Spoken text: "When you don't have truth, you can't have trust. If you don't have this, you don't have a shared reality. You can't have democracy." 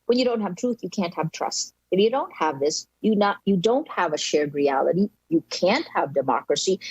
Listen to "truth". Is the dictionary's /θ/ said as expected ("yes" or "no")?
yes